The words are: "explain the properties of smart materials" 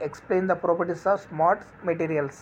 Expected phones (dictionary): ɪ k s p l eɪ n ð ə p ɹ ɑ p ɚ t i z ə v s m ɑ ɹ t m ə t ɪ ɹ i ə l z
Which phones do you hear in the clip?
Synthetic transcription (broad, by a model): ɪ k s p l eɪ n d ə p ɹ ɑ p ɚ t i s ə v s m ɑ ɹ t m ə t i ɹ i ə l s